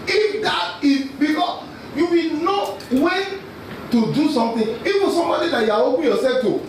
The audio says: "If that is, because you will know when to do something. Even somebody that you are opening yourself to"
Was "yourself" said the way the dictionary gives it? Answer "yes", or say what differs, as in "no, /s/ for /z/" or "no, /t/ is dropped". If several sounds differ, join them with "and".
no, /l/ is dropped